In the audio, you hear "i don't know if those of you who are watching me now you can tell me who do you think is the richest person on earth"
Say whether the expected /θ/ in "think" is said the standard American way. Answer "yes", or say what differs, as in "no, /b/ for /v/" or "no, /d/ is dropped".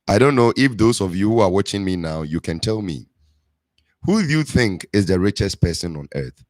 yes